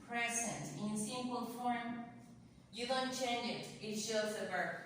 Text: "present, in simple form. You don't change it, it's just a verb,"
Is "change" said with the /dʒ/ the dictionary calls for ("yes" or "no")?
no